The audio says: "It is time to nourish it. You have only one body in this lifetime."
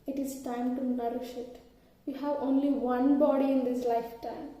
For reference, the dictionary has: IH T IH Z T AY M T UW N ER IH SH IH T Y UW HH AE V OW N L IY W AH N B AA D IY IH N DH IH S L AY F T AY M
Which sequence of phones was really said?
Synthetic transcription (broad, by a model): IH T IH Z T AY M T UW N ER IH SH IH T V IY HH AE V OW N L IY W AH N B AA D IY IH N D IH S L AY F T AY M